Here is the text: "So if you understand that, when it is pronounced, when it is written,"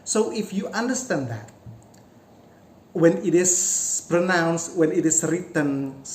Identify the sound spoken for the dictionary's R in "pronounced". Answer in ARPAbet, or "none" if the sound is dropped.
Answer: R